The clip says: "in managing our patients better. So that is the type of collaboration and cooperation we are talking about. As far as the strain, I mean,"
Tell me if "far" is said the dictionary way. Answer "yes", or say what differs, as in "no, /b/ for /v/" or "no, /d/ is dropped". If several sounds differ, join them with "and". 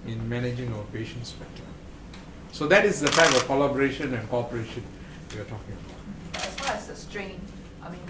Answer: no, /l/ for /ɹ/